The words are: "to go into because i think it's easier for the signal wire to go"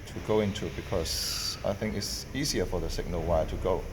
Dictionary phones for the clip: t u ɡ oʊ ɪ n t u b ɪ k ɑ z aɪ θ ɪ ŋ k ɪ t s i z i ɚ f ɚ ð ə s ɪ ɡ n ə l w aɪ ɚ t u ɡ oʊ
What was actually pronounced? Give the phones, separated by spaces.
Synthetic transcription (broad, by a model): t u ɡ oʊ ɪ n t u b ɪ k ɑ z aɪ θ ɪ ŋ k ɪ t s i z i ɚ f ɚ ð ə s ɪ ɡ n ə l w aɪ t u ɡ oʊ